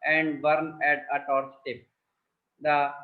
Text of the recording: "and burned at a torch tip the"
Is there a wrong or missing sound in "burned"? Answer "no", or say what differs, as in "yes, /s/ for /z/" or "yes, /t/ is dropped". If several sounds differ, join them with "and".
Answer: yes, /d/ is dropped